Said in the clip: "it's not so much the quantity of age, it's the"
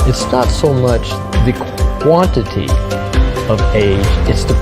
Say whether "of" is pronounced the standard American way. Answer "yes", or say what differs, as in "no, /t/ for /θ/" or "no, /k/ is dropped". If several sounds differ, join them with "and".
yes